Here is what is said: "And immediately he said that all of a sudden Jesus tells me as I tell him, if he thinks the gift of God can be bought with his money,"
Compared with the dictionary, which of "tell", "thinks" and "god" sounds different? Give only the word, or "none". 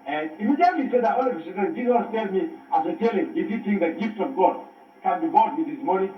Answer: thinks